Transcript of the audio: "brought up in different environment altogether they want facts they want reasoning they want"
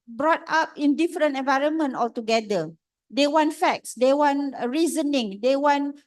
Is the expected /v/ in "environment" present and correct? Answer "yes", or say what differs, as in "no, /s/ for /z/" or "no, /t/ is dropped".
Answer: yes